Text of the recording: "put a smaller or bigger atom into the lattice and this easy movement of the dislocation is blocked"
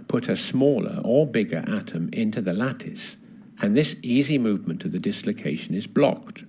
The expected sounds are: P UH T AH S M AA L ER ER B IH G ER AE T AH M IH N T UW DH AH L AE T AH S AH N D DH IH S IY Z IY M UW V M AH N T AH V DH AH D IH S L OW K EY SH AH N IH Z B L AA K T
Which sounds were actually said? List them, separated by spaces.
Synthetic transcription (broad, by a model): P UH T AH S M AA L ER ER B IH G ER AE T AH M IH N T UW DH AH L AE T AH S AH N DH IH S IY Z IY M UW V M AH N T AH V DH AH D IH S L OW K EY SH AH N IH Z B L AA K T